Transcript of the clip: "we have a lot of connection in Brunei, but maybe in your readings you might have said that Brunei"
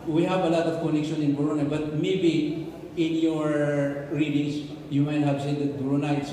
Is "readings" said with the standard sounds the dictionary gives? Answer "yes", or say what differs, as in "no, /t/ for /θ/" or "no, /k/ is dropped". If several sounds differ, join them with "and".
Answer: no, /s/ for /z/